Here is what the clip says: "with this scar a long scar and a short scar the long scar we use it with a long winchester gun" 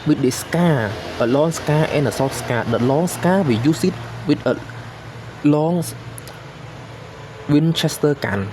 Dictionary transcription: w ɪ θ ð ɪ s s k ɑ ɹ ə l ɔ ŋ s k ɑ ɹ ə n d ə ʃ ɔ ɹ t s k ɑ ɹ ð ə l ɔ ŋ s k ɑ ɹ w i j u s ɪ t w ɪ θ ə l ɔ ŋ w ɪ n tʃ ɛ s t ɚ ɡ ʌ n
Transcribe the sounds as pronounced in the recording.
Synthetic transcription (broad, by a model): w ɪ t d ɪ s s k ɑ ə l ɔ ŋ s k ɑ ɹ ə n ə s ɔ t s k ɑ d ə l ɔ ŋ s k ɑ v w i j u s ɪ t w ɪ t ə l ɔ ŋ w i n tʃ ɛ s t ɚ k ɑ n